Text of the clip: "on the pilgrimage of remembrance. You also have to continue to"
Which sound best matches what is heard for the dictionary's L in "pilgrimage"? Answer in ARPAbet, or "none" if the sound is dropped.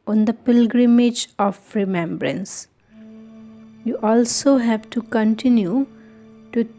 L